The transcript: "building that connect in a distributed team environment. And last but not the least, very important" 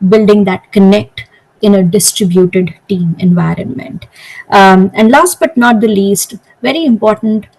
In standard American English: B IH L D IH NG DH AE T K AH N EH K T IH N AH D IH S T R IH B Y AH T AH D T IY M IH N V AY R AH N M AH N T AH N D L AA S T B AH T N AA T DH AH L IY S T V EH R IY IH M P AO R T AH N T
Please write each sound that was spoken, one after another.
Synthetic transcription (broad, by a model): B IH L D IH NG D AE T K AH N EH K T IH N AH D IH S T R IH B Y AH T AH D T IY M IH N V AY R AH N M AH N T AH N D L AA S T B AH T N AA T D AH L IY S T V EH R IY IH M P AO R T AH N T